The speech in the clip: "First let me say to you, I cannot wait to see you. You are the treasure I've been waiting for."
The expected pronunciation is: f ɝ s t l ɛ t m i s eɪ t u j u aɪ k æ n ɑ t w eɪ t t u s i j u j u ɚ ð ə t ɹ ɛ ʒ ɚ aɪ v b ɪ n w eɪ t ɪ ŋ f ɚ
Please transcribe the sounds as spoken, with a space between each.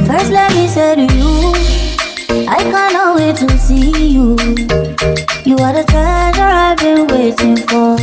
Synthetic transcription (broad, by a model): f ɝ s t l ɛ t m i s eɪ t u j u aɪ k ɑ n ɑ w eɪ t t u s i j u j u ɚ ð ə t ɛ z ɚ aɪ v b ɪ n w eɪ t ɪ ŋ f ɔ